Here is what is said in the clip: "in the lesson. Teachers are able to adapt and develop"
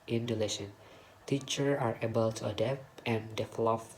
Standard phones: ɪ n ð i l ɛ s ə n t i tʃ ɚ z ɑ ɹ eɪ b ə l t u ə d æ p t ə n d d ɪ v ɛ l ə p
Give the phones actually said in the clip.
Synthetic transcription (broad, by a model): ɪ n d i l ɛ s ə n t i tʃ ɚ ɑ ɹ eɪ b ə l t u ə d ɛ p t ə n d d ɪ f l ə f